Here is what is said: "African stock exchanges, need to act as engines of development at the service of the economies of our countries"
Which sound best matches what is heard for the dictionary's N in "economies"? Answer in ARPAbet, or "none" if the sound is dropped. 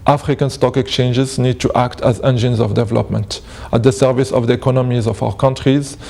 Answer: N